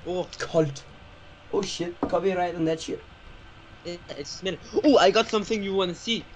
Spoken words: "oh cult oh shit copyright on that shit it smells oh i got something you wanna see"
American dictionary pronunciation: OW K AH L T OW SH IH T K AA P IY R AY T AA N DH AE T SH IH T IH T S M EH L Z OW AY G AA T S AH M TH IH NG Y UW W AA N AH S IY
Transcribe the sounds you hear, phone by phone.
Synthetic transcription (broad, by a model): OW K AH L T OW SH IH T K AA B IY R AY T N DH AE T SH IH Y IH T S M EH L OW AY G AA T S AH M TH IH NG Y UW W AA N AH S IY